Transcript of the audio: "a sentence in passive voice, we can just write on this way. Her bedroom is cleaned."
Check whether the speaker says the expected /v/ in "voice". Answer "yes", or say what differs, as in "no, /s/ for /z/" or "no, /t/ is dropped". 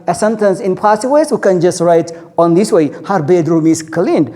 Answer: no, /w/ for /v/